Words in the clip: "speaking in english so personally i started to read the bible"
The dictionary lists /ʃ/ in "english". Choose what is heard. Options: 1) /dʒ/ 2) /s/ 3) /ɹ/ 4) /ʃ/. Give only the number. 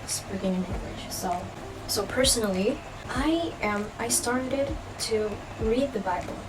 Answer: 2